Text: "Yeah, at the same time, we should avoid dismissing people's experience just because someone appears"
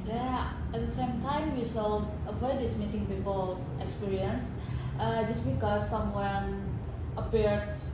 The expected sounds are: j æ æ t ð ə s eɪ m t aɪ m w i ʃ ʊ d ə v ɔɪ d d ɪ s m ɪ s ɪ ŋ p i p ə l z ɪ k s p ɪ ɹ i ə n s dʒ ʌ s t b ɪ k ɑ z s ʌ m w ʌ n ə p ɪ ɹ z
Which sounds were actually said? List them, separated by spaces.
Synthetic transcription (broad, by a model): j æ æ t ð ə s eɪ m t aɪ m w i s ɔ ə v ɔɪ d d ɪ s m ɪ s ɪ ŋ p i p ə l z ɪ k s p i ɹ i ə n s dʒ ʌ s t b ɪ k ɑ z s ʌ m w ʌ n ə p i ɹ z